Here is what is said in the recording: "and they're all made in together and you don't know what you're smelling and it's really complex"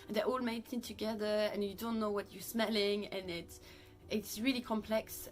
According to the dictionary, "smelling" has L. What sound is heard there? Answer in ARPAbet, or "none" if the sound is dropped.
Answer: L